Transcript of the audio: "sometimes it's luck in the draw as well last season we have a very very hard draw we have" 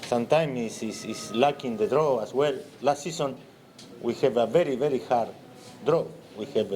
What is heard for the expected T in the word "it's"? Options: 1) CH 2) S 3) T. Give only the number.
2